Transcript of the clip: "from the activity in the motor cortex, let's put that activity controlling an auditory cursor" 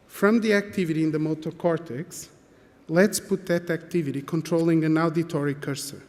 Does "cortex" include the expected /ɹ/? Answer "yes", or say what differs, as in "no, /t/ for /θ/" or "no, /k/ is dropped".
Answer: yes